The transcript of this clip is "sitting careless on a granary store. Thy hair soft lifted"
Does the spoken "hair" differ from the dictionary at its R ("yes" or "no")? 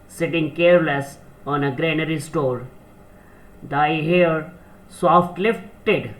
no